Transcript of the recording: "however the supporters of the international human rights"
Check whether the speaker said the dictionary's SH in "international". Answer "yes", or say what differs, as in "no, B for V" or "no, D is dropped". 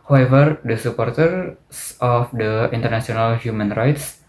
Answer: no, S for SH